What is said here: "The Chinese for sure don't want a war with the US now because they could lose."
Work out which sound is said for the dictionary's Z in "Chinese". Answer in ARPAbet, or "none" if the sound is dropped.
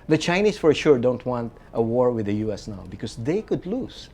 S